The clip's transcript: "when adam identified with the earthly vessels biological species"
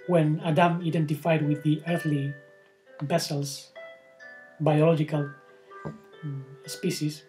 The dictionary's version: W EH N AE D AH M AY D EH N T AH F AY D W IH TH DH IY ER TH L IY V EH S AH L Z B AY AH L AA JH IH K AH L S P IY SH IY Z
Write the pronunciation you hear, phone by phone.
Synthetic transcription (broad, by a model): W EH N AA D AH M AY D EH N T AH F AY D W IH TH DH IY ER TH L IY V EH S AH L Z B AY AH L AA JH IH K AH L S P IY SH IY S